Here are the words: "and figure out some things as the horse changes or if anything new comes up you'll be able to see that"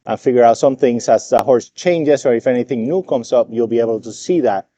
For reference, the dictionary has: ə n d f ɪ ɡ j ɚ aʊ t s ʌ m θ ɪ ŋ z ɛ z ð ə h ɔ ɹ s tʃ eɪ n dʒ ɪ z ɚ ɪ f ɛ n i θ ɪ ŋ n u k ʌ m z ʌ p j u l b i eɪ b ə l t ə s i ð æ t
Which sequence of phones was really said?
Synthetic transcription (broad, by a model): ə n f ɪ ɡ j ɚ aʊ t s ʌ m θ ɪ ŋ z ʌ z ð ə h ɔ ɹ s tʃ eɪ n dʒ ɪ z ɚ ɪ f ɛ n i θ ɪ ŋ n u k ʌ m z ʌ p j u l b i eɪ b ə l t ə s i ð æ t